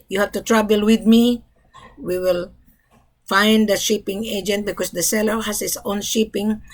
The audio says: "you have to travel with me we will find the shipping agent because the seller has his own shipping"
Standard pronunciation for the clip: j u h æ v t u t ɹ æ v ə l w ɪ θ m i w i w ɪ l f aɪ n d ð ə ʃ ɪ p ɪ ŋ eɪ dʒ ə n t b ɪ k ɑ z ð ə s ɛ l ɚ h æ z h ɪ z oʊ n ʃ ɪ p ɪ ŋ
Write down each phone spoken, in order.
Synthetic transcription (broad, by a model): j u h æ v t u t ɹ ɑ b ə l w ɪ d m i w i w ɪ l f aɪ n d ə ʃ ɪ p ɪ ŋ eɪ dʒ ə n t b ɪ k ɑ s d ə s ɛ l ɚ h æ s h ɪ s oʊ n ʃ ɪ p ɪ ŋ